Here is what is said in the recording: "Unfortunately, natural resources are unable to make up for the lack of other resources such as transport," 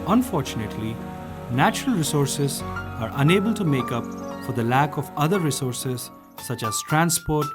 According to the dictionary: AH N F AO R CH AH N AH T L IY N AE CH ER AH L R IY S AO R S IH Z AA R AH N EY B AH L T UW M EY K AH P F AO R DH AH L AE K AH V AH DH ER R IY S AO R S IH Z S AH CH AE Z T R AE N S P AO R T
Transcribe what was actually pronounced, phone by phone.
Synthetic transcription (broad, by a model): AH N F AO R CH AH N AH T L IY N AE CH ER AH L R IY S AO R S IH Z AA R AH N EY B AH L T UW M EY K AH P F AO R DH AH L AE K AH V AH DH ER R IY S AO R S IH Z S AH CH AE Z T R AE N S P AO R T